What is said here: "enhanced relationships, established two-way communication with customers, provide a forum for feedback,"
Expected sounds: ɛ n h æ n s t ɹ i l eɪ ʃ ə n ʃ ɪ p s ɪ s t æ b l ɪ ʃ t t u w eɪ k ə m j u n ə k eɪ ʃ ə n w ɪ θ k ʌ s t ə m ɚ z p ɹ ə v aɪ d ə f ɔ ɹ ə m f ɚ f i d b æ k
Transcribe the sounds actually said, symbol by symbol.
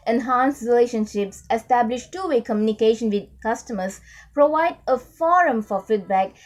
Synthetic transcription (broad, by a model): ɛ n h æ n s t ɹ i l eɪ ʃ ə n ʃ ɪ p s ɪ s t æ b l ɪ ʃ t t u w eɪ k ə m j u n ə k eɪ ʃ ə n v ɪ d k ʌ s t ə m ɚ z p ɹ ə v aɪ d ə f ɔ ɹ ə m f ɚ f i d b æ k